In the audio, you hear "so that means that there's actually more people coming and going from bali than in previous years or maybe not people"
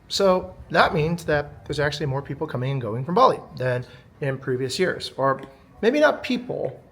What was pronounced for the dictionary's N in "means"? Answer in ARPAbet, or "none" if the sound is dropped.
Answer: N